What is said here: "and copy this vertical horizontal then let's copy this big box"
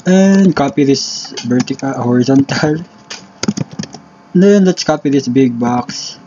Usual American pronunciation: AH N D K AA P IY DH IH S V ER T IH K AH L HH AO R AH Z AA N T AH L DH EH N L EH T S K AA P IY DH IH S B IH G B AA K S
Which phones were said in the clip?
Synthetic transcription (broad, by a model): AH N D K AA P IY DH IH S B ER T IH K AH HH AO R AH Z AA N T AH L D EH N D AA T S K AA P IY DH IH S B IH G B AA K S